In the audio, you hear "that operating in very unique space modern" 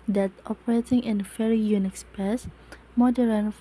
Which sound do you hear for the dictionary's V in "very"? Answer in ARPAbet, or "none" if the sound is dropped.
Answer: F